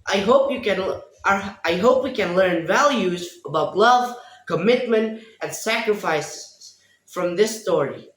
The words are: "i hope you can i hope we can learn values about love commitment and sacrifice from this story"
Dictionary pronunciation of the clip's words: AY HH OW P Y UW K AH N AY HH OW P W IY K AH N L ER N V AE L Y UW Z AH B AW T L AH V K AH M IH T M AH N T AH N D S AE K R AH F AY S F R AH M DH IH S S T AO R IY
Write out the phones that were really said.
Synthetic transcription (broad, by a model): AY HH OW P Y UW K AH N AY HH OW P W IY K AH N L ER N V AE L Y UW Z AH B AW T L AH V K AH M IH T M AH N T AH N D S AE K R AH F AY S F R AH M DH IH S S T AO R IY